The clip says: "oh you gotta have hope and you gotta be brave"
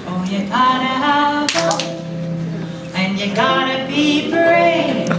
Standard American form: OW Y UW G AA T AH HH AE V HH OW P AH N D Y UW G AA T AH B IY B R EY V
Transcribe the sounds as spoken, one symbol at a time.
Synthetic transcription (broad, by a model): OW Y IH G AA T AH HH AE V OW AH N Y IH G AA T AH B IY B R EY